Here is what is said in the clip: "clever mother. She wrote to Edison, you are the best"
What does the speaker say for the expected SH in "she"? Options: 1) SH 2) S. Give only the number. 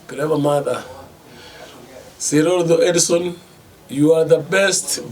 2